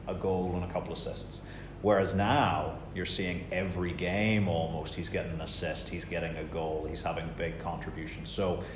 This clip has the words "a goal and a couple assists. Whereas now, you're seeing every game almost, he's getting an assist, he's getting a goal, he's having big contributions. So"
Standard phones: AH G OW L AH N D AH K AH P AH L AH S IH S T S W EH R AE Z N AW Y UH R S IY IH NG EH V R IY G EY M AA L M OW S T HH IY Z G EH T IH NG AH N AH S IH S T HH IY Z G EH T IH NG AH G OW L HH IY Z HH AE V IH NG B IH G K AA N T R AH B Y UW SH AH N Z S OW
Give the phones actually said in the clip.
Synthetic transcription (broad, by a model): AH G OW L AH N AH K AH P L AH S IH S T S W EH R AE Z N AW Y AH R S IY IH NG EH V R IY G EY M AA L M OW S T HH IY Z G EH T IH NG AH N AH S IH S T HH IY Z G EH T IH NG AH G OW L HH IY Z HH AE V IH NG B IH G K AA N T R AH B Y UW SH N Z S OW